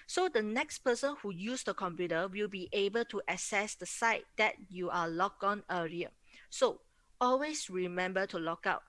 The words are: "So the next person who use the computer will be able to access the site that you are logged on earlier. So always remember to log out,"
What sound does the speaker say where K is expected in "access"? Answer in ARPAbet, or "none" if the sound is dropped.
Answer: none